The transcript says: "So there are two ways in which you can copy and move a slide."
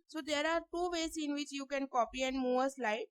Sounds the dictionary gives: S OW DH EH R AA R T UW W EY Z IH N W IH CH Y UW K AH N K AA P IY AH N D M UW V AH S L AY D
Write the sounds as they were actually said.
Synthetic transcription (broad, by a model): S OW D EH R AA R T UW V EY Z IH N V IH CH Y UW K AH N K AA P IY AH N D M UW V AH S L AY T